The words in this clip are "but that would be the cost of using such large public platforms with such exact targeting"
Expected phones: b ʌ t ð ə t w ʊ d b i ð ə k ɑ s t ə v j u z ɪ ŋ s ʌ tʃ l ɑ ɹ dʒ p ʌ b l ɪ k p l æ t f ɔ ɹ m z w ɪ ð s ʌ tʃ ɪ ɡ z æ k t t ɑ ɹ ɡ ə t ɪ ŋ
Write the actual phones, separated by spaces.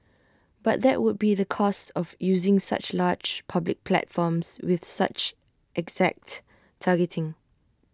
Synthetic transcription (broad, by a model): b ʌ t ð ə t w ʊ d b i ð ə k ɑ s t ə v j u z ɪ ŋ s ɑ tʃ l ɑ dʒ p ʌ b l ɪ k p l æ t f ɔ m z w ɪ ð s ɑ tʃ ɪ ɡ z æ k t t ɑ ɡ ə t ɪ ŋ